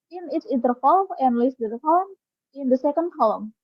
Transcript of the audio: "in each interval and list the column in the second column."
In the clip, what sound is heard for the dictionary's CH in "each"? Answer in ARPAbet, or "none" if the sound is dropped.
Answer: S